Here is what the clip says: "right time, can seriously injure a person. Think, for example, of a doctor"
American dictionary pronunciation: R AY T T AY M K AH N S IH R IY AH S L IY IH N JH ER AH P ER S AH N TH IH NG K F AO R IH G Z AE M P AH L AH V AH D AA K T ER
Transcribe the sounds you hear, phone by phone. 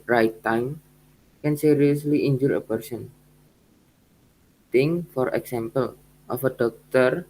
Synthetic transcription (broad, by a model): R AY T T AY M K AH N S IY R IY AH S L IY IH N JH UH AH P ER S AH N T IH NG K F AO R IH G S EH M P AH L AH F AH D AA K T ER